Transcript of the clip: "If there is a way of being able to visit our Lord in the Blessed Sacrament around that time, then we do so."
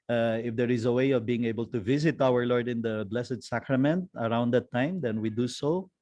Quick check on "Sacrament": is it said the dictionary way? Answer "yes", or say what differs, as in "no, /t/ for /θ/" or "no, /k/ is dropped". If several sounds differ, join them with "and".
yes